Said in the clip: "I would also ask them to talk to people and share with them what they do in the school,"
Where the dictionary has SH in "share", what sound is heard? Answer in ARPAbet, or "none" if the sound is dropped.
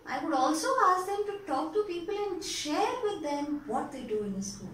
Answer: SH